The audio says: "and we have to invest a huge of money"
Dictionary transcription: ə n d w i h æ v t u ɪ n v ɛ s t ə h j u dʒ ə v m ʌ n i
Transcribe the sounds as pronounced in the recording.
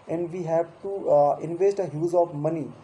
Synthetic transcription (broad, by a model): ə n d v i h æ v t u ɪ n v ɛ s t ə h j u z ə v m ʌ n i